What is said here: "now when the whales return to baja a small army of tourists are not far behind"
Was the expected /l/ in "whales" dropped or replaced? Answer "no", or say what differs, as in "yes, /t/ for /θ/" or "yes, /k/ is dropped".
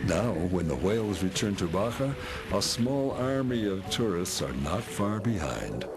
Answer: no